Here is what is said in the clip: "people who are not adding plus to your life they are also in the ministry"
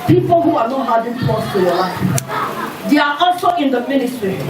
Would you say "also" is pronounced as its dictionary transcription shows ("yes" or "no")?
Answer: no